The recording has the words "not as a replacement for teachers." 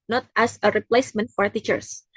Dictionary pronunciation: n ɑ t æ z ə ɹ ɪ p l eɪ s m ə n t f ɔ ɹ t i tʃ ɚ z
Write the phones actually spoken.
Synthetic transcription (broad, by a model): n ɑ t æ s ə ɹ ɪ p l eɪ s m ə n t f ɔ ɹ t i tʃ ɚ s